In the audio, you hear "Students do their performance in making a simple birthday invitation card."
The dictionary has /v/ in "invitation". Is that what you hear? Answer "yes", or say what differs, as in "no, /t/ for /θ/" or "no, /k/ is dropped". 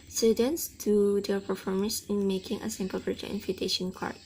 no, /f/ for /v/